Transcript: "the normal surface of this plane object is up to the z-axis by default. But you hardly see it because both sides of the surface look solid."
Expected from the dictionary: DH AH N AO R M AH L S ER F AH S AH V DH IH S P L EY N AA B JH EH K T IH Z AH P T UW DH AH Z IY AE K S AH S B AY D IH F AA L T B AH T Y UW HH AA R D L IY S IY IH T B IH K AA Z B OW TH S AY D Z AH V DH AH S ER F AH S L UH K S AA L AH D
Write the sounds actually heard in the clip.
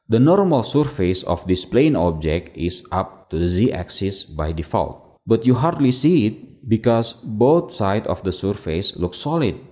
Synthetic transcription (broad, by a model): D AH N AO R M AH L S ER F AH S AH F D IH S P L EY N AA B JH EH K T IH S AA P T UW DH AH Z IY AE K S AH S B AY D IH F AA L T B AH T Y UW HH AA R D L IY S IY IH T B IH K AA S B OW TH S AY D AH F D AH S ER F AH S L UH K S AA L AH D